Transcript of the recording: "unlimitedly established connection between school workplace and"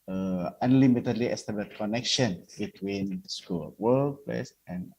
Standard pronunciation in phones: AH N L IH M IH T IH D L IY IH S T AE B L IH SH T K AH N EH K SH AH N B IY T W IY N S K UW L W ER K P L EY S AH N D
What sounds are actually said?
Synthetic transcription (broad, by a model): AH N L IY M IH T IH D L IY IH S T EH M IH T K AH N EH K SH AH N B IY T W IY N S K UW L W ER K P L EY S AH N